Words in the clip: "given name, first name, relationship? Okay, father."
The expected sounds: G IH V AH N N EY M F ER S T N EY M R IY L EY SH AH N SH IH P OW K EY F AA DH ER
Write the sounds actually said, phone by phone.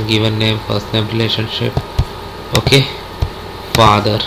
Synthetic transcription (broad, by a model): G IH V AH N N EY M P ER S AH N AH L R IY L EY SH AH N SH IH P OW K EY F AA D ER